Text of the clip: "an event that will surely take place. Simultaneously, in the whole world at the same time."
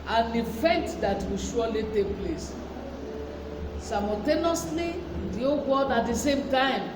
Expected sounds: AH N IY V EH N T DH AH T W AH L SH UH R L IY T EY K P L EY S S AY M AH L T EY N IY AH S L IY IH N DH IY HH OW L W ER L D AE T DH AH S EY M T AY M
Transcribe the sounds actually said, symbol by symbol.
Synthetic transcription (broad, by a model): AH N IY F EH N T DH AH T W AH SH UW L IY T EY K P L EY S S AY M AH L T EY N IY S L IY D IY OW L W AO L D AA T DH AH S EY M T AY M